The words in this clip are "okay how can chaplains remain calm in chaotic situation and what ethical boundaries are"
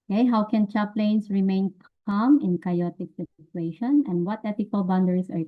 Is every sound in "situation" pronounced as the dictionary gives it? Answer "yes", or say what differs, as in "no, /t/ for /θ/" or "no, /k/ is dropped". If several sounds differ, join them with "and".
no, /s/ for /tʃ/